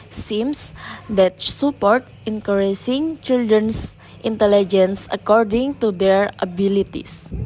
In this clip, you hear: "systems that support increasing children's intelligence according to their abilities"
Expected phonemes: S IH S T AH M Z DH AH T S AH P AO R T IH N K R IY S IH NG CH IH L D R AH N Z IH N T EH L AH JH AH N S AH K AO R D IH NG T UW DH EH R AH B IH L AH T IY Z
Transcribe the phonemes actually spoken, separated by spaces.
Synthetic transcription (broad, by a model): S S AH M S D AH T S AH P AO R T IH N K R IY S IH NG CH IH L D R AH N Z IH N T EH L AH JH AH N S AH K AO R D IH NG T UW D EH R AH B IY L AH T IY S